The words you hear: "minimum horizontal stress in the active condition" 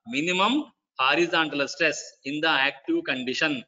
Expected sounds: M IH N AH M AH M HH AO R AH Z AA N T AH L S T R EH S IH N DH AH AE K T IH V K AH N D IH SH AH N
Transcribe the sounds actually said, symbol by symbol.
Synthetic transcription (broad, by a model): M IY N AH M AH M HH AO R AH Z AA N T AH L S T R EH S IH N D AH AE K T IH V K AH N D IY SH AH N